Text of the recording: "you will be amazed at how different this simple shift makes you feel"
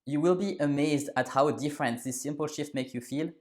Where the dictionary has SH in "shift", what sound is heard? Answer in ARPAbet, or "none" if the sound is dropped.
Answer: SH